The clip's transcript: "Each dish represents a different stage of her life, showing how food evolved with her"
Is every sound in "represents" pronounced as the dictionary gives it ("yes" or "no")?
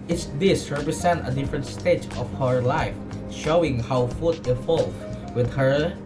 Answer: no